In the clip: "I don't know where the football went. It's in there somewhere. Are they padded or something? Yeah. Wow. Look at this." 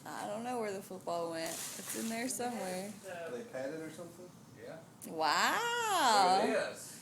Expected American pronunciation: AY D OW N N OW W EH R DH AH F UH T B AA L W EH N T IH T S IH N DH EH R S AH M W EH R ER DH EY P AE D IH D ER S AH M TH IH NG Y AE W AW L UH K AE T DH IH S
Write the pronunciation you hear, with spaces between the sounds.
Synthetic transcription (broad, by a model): AY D OW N N OW W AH R DH AH F UH T B AA L W EH N T IH T S IH N DH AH R S AH M W EH R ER DH EY P AE D IH D ER S AH M TH IH NG Y AE W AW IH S